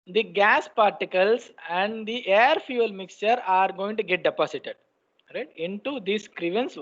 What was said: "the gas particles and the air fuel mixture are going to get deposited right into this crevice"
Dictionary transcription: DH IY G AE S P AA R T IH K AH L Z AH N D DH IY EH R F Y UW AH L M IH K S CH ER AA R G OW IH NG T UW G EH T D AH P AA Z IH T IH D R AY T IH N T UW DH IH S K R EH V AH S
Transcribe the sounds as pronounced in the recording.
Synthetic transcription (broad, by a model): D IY G AE S P AA R T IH K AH L S AH N D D IY EH R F Y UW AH L M IH K S CH ER AA R G OW IH NG T UW G EH T D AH P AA S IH T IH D R AY T IH N T UW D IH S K R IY V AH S